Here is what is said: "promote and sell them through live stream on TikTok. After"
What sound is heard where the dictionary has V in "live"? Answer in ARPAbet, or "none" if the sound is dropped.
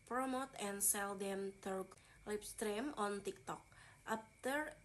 P